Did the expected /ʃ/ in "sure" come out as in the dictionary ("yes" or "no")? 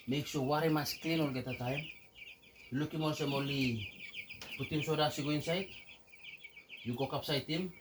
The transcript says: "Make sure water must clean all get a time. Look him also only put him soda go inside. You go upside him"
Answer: no